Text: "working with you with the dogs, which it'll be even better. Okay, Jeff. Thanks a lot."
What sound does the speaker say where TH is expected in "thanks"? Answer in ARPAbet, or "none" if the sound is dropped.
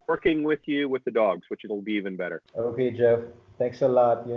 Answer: T